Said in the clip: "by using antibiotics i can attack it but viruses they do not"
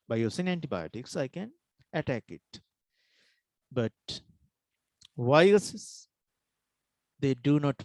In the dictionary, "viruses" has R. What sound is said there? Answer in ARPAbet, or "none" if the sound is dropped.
none